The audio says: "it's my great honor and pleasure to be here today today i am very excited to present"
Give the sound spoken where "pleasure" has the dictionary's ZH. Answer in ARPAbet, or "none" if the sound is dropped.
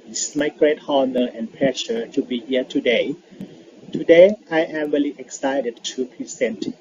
SH